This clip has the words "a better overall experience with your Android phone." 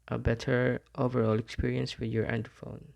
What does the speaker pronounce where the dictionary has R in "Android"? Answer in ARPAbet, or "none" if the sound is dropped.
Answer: none